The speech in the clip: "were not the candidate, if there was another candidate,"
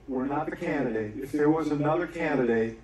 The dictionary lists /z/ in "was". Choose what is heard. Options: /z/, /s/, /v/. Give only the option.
/z/